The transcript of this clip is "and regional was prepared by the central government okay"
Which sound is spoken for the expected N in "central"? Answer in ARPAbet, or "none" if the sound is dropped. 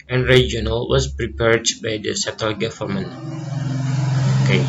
none